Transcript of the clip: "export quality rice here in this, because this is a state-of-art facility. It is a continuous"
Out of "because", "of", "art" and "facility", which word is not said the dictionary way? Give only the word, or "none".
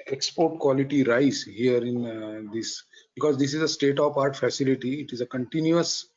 of